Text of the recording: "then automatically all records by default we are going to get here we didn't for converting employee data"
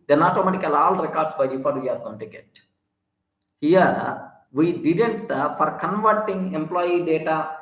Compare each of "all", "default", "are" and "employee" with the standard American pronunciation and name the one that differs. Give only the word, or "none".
default